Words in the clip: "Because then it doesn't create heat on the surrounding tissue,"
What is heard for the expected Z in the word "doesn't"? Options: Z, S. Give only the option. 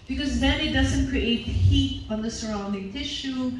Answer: Z